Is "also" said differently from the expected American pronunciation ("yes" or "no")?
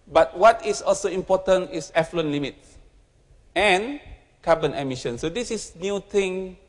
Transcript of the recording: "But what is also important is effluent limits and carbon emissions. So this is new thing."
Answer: no